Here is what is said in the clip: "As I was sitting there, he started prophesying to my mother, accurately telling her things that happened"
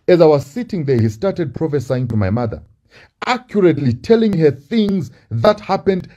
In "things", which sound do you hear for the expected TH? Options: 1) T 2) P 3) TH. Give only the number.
3